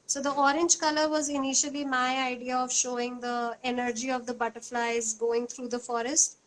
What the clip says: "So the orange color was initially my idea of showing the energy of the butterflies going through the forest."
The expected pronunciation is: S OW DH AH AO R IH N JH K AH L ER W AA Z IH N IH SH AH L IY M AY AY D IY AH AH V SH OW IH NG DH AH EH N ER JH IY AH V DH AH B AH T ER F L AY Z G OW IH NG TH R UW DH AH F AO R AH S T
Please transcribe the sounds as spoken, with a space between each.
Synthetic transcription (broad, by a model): S OW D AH AO R IH N JH K AH L ER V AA Z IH N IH SH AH L IY M AY AY D IY AH AH V SH OW IH NG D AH EH N ER JH IY AH V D AH B AH T ER F L AY Z G OW IH NG T R UW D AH F AO R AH S T